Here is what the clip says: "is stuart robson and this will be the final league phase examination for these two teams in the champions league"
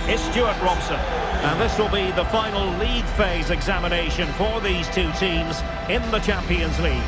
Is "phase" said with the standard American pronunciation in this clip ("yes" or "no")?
yes